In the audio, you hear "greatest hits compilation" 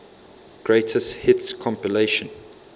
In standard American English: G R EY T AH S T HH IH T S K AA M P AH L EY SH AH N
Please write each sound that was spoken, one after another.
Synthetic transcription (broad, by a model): G R EY T AH S T HH IH T S K AA M P AH L EY SH AH N